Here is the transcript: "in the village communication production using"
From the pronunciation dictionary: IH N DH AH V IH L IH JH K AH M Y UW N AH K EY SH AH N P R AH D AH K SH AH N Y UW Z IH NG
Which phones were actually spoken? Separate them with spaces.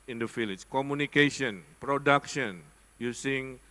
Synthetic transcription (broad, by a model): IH N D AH F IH L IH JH K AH M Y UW N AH K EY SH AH N P R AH D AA K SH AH N Y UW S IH NG